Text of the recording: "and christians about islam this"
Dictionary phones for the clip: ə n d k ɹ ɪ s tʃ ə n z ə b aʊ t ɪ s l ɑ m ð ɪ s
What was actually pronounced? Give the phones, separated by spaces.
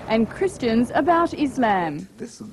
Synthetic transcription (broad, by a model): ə n k ɹ ɪ s tʃ ə n z ə b aʊ t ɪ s l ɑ m